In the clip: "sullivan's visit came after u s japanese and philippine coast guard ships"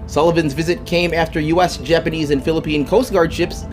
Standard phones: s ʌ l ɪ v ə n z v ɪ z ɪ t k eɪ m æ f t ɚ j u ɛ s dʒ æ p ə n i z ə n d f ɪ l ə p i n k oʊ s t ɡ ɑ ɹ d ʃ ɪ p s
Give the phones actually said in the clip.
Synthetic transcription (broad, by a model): s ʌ l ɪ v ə n z v ɪ z ɪ t k eɪ m æ f t ɚ j u ɛ s dʒ æ p ə n i z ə n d f ɪ l ə p i n k oʊ s t ɡ ɑ ɹ d ʃ ɪ p s